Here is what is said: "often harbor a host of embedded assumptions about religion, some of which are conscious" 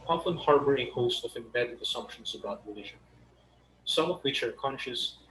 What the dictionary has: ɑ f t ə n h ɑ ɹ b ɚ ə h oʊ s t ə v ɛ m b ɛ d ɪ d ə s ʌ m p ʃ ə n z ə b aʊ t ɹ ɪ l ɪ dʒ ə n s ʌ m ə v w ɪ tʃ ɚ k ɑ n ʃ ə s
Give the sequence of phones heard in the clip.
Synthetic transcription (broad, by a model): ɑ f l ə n h ɑ ɹ b ɚ ə h oʊ s t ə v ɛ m b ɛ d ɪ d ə s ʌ m p ʃ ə n s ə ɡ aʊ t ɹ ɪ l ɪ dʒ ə n s ʌ m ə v w ɪ tʃ ɚ k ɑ n ʃ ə s